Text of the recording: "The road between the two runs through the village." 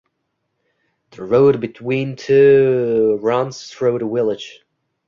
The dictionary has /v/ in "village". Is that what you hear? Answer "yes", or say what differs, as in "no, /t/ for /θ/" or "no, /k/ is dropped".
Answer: no, /w/ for /v/